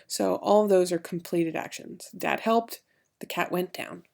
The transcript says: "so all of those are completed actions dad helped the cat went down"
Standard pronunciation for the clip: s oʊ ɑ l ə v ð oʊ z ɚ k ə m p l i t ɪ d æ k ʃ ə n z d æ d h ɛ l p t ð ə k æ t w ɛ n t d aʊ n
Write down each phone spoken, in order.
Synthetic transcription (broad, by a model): s oʊ ɑ l ə v ð oʊ z ɚ k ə m p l i t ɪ d æ k ʃ ə n z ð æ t h ɛ l p t ð ə k æ t w ɛ n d aʊ n